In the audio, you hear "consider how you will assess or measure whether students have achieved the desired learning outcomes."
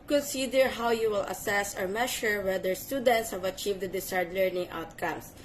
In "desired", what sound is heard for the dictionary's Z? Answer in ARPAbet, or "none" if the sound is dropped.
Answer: S